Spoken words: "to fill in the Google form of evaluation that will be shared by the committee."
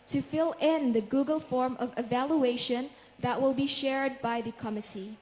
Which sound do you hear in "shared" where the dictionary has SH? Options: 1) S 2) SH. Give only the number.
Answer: 2